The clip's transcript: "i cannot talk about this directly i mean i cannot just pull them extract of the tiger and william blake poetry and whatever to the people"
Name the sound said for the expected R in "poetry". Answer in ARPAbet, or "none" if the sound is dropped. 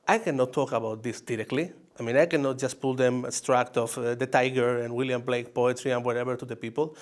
R